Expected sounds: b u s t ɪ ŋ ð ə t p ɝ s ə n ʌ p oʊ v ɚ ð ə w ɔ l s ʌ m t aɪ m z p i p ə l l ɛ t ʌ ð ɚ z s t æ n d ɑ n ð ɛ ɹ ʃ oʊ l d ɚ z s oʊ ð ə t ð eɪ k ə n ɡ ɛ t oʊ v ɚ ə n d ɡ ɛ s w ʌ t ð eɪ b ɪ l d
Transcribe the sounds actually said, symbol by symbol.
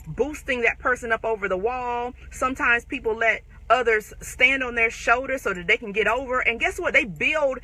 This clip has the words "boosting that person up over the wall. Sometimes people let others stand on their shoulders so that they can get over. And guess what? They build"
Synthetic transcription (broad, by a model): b u s t ɪ ŋ ð ə t p ɝ s ə n ʌ p oʊ v ɚ ð ə w ɔ l s ʌ m t aɪ m z p i p l l ɛ t ʌ ð ɚ z s t æ n d n ð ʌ ɹ ʃ oʊ l d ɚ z s oʊ ð ə t ð eɪ k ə n ɡ ɛ t oʊ v ɚ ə n ɡ ɛ s w ʌ t ð eɪ b ɪ l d